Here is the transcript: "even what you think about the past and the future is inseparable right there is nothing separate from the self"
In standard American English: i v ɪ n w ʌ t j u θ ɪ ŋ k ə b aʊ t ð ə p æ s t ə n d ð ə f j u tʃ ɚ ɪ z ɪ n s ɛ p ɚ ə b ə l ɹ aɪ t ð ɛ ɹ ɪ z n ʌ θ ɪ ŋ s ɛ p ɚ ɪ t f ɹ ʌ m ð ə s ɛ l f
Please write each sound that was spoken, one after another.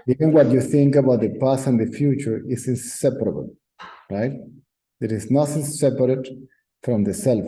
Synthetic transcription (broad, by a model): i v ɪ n w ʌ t j u θ ɪ ŋ k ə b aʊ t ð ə p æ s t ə n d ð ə f j u tʃ ɚ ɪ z ɪ n s ɛ p ɚ ə b ə l ɹ aɪ t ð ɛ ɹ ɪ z n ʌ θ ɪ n s ɛ p ɚ ɪ t f ɹ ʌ m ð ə s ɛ l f